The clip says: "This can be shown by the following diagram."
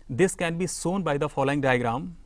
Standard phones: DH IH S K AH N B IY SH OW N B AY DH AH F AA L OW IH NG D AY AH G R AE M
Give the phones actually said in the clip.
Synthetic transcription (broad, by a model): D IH S K AH N B IY S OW N B AY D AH F AA L OW IH NG D AY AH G R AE M